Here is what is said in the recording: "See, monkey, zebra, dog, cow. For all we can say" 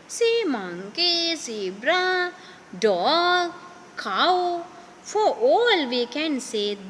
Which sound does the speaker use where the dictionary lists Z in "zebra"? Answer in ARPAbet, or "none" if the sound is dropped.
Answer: S